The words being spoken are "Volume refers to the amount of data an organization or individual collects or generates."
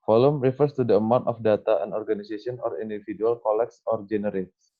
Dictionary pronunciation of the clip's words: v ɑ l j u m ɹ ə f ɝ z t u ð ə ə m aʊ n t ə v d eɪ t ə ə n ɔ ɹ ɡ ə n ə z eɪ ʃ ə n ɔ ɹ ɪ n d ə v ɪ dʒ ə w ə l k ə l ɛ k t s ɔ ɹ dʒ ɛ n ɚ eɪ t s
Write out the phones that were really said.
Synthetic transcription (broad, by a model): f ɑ l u m ɹ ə f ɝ s t u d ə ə m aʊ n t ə f d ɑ t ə ə n ɔ ɹ ɡ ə n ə s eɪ s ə n ɔ ɹ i n d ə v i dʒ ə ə l k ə l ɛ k s ɔ ɹ dʒ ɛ n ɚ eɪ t s